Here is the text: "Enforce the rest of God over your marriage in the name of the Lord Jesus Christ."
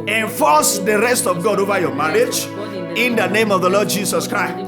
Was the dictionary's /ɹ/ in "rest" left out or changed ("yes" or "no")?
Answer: no